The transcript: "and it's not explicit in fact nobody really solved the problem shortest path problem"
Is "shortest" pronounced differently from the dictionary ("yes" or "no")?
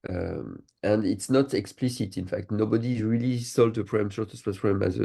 yes